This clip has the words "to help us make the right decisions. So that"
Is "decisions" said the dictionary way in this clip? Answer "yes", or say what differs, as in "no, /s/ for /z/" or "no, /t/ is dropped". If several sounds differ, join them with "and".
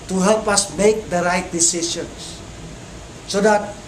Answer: no, /s/ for /ʒ/